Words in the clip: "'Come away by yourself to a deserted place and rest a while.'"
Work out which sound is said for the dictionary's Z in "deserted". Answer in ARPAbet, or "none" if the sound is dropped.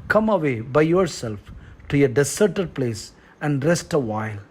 S